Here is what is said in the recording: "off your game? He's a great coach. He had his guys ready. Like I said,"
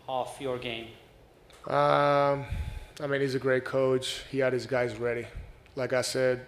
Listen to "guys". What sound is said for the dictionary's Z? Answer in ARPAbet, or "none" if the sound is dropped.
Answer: Z